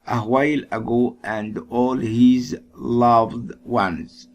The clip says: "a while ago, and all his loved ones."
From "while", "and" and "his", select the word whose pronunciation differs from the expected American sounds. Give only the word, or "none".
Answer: none